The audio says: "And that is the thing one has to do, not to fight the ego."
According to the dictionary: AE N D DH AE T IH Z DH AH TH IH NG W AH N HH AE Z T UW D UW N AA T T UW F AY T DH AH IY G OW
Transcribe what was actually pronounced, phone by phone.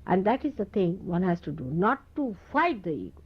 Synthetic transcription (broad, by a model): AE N D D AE T IH Z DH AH T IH NG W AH N HH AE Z T UW D UW N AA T T UW F AY T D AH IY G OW